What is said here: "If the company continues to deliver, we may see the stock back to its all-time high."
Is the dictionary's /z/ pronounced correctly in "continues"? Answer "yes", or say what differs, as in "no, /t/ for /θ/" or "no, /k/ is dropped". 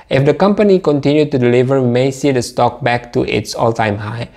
no, /z/ is dropped